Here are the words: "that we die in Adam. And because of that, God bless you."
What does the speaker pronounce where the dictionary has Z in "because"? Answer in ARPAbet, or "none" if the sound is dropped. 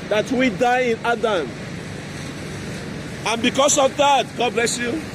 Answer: S